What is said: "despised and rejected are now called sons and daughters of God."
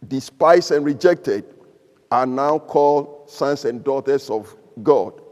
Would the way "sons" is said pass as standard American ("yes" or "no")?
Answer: no